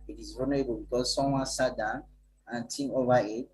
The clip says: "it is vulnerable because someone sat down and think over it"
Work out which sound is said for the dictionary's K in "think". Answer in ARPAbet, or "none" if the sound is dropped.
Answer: none